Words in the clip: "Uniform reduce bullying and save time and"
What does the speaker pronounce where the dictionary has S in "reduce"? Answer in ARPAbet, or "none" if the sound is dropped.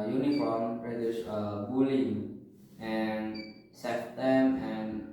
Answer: SH